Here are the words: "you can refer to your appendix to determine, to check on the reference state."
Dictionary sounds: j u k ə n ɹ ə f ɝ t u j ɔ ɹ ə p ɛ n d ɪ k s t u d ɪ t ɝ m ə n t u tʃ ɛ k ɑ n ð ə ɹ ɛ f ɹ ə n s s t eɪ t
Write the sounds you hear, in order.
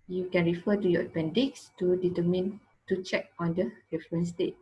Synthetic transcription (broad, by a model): j u k ə n ɹ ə f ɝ t u j ɔ ə p ɛ n d ɪ k s t u d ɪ t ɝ m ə n t u tʃ ɛ k ɑ n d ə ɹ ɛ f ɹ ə n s s t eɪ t